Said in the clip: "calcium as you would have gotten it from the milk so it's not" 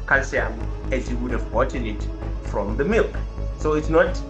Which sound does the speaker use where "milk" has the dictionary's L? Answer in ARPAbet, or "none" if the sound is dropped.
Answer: L